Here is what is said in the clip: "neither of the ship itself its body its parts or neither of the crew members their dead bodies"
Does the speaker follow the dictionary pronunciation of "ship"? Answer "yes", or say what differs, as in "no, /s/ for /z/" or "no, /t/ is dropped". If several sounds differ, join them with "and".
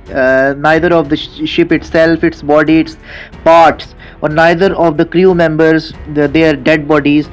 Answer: yes